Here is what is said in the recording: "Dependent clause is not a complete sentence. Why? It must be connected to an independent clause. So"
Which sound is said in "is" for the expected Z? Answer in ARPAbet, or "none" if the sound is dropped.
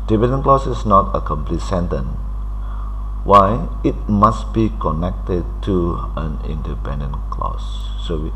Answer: S